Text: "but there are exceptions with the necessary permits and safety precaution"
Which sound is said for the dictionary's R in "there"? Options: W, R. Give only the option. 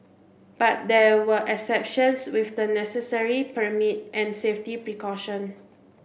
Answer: W